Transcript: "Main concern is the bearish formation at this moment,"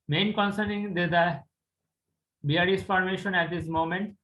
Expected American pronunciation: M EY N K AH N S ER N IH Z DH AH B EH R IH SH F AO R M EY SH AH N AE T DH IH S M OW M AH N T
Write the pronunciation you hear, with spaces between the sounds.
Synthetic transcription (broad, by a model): M EY N K AH N S ER N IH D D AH B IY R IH S F AO R M EY SH AH N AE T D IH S M OW M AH N T